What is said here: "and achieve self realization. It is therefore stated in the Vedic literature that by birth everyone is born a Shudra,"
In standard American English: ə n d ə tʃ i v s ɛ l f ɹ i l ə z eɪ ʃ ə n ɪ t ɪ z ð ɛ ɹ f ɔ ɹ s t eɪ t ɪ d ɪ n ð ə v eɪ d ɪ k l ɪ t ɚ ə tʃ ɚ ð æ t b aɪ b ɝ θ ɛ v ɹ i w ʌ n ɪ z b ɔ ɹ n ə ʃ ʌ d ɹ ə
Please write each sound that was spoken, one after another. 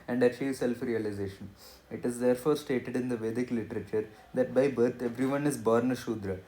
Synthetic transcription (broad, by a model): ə n d ə tʃ i v s ɛ l f ɹ i l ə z eɪ ʃ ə n ɪ t ɪ z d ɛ ɹ f ɔ ɹ s t eɪ t ɪ d ɪ n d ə v eɪ d ɪ k l ɪ t ɚ ə tʃ ɚ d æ t b aɪ b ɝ t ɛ v ɹ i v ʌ n ɪ z b ɔ ɹ n ə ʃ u d ɹ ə